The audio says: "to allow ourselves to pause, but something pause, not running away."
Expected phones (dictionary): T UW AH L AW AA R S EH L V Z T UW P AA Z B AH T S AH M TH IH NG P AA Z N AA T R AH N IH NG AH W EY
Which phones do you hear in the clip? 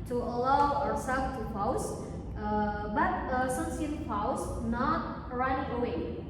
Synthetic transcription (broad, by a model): T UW AH L AW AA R S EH L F T UW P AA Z B AH T S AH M S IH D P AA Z N AA T R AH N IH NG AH W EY